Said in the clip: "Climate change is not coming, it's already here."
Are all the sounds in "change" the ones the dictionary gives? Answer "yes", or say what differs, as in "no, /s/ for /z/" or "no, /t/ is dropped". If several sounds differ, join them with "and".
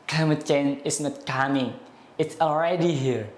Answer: no, /dʒ/ is dropped